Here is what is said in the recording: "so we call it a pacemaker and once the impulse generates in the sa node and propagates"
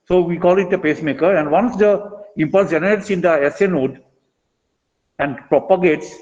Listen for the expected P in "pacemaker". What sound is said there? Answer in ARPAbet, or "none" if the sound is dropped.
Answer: P